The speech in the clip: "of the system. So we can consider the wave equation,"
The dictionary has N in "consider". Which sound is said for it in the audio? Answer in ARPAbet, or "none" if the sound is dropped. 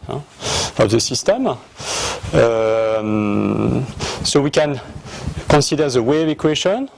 none